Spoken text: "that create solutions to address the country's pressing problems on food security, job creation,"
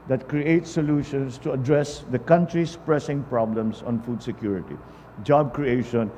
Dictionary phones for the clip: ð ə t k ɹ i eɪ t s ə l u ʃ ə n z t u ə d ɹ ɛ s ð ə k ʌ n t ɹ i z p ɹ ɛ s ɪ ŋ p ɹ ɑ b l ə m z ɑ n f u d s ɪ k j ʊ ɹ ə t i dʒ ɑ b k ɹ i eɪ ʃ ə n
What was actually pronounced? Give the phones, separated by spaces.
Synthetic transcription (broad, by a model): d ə t k ɹ i eɪ t s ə l u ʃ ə n s t u ə d ɹ ɛ s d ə k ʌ n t ɹ i s p ɹ ɛ s ɪ ŋ p ɹ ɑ b l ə m s ɑ n f u d s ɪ k j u ɹ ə t i dʒ ɑ b k ɹ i eɪ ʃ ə n